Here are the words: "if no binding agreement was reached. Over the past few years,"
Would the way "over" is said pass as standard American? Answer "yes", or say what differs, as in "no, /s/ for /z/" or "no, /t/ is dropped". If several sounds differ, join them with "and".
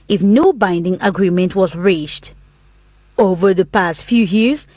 yes